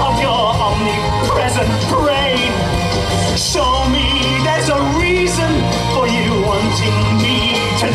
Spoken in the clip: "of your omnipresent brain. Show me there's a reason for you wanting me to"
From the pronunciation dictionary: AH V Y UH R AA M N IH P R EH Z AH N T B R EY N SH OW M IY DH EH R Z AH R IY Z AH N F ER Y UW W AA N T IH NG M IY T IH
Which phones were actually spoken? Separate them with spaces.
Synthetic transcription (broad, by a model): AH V Y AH R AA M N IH P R EH Z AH N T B R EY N S OW M IY DH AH R Z AH R IY Z AH N F ER Y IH W AA N T IH NG M IY T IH